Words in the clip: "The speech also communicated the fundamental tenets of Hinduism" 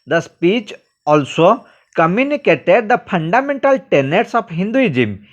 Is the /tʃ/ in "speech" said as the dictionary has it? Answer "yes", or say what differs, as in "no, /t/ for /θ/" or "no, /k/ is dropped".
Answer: yes